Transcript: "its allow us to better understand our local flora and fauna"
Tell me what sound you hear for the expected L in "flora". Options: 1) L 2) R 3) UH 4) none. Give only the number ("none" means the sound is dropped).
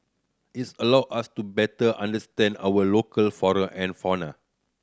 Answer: 4